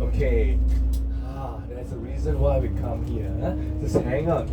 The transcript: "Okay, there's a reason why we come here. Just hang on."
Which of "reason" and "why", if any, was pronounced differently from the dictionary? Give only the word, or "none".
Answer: none